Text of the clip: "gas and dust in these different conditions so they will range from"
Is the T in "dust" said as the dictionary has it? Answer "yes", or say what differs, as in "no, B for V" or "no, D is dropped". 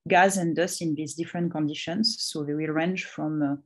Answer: no, T is dropped